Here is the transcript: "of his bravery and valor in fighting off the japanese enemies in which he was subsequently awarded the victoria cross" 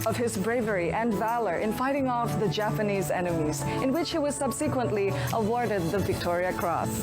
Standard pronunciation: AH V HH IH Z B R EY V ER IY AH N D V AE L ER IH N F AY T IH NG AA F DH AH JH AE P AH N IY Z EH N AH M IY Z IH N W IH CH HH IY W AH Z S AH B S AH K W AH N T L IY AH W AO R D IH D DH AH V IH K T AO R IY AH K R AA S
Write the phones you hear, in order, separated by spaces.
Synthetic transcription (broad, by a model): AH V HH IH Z B R EY V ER IY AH N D V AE L ER IH N F AY T IH NG AA F DH AH JH AE P AH N IY Z EH N AH M IY Z IH N W IH CH HH IY W AH Z S AH B S AH K W AH N T L IY AH W AO R D IH D DH AH V IH K T AO R IY AH K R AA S